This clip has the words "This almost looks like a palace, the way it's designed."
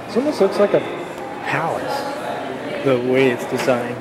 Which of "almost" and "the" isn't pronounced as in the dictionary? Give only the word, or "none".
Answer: almost